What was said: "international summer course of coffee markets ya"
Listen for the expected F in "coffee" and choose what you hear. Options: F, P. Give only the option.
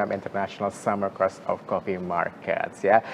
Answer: P